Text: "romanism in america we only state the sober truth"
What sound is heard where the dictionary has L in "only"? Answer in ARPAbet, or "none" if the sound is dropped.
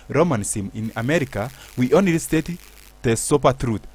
none